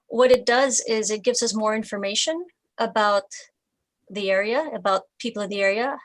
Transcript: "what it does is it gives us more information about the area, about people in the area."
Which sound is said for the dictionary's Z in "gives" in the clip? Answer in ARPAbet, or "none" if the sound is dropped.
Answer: Z